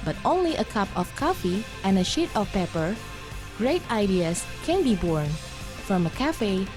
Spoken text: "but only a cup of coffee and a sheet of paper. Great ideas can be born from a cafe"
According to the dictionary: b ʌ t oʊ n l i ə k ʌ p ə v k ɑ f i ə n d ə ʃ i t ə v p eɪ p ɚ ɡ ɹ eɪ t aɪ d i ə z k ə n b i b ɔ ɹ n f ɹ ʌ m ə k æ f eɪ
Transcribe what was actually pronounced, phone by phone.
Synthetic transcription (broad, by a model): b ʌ t oʊ n l i ə k ʌ p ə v k ɑ f i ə n ə ʃ i t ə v p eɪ p ɚ ɡ ɹ eɪ t aɪ d i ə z k ə n b i b ɔ ɹ n f ɹ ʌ m ə k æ f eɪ